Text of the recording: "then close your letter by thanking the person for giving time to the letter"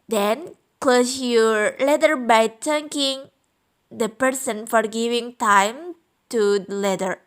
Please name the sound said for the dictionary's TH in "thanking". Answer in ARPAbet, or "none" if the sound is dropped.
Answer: T